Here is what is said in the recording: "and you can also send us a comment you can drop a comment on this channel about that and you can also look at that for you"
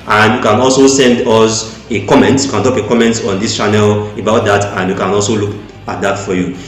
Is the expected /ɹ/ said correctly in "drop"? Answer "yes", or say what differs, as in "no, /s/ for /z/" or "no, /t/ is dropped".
no, /ɹ/ is dropped